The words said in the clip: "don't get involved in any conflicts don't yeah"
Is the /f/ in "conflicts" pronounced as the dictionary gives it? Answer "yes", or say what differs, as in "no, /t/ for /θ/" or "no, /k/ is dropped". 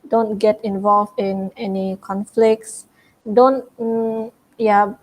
yes